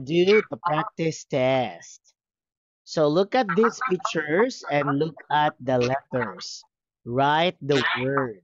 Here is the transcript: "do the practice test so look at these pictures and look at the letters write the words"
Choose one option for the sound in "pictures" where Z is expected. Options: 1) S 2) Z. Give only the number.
1